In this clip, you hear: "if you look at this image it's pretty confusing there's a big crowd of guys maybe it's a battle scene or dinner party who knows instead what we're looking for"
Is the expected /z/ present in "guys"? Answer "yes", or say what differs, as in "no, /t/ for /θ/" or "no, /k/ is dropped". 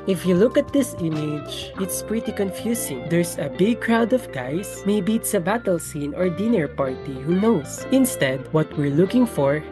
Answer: no, /s/ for /z/